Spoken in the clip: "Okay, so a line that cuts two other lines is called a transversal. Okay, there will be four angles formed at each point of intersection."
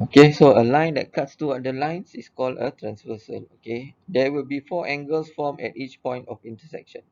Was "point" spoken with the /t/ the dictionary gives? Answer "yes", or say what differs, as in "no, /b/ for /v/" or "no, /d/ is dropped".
yes